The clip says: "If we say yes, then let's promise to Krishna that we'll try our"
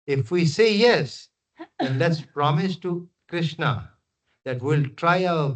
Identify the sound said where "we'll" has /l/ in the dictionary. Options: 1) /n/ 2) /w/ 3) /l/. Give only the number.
3